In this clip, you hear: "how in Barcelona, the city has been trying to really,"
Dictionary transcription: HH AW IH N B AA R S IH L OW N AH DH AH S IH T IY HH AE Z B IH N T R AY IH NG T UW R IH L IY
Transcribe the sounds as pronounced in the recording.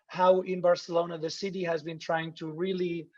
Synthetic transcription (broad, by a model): HH AW IH N B AA R S IH L OW N AH DH AH S IH T IY HH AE Z B IH N T R AY IH NG T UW R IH L IY